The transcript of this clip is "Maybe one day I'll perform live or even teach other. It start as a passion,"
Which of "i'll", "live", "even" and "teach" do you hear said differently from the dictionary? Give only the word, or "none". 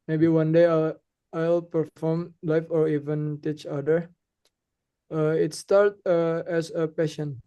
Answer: live